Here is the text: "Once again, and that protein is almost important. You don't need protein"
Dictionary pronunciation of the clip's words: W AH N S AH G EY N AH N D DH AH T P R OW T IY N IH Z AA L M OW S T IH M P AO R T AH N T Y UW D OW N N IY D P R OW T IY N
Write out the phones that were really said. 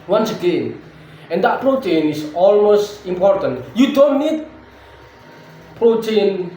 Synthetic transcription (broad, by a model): W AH N S AH G EY N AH N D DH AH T P R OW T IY N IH S AA L M OW S T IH M P AO R T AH N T Y UW D OW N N IY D P R OW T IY N